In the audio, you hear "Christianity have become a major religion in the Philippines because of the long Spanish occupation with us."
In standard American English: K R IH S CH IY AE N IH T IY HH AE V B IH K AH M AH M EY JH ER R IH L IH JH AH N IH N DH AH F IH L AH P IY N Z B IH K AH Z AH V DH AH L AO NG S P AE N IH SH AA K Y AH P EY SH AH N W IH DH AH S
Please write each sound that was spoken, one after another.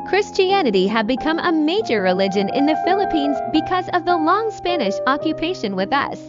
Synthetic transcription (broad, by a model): K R IH S CH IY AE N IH T IY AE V B IH K AH M AH M EY JH ER R IH L IH JH AH N IH N DH AH F IH L AH P IY N Z B IH K AH Z AH V DH AH L AO NG S P AE N IH SH AA K Y AH P EY SH AH N W IH DH AH S